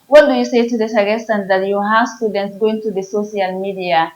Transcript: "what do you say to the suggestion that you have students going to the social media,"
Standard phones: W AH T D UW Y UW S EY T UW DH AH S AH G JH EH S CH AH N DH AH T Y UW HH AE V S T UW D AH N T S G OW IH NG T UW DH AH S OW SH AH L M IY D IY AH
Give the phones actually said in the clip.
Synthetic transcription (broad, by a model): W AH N D UW Y UW S EY T UW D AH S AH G EH S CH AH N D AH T Y UW HH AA S T UW D AH N T S G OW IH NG T UW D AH S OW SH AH L M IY D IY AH